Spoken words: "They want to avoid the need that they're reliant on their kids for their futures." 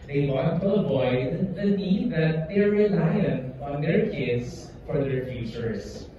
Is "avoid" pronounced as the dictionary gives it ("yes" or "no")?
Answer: no